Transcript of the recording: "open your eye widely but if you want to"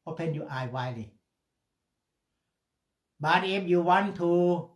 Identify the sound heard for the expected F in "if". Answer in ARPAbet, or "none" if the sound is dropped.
P